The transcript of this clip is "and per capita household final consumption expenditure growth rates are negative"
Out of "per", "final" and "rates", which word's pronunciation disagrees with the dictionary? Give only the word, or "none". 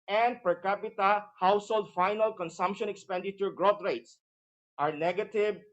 none